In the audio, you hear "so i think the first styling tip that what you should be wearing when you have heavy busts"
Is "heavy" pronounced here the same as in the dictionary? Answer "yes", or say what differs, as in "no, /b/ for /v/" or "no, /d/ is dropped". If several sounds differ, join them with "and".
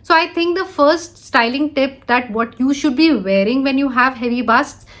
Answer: yes